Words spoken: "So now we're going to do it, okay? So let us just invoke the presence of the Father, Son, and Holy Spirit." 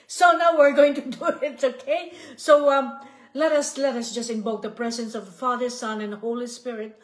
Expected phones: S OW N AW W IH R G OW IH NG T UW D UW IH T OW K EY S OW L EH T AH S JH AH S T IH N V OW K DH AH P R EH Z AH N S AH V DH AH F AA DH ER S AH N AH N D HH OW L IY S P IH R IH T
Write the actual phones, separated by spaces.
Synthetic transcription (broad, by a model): S OW N AW W IH R G OW IH NG T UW D UW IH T OW K EY S OW L EH T AH S JH AH S T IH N B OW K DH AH P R EH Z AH N S AH V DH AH F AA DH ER S AH N AH N D HH OW L IY S P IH R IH T